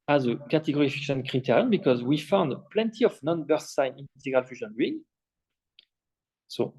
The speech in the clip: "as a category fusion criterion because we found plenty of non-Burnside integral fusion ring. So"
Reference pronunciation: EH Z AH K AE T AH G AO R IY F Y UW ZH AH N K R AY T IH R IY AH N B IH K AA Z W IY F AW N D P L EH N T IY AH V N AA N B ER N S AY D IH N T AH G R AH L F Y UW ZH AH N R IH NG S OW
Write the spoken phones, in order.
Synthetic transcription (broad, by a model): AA Z AH K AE T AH G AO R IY F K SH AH N K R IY T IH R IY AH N B IH K AA Z W IY F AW N D P L EH N T IY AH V N AA N B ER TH S AY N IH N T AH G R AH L F Y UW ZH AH N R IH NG S OW